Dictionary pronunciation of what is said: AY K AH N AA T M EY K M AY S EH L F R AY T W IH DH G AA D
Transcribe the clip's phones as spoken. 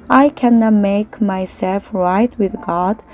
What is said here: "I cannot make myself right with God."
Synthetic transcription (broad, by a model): AY K AH N AA T M EY K M AY S EH L F R AY T W IH DH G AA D